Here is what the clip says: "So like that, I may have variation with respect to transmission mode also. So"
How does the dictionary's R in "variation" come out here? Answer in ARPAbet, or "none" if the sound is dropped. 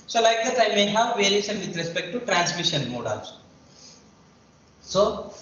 none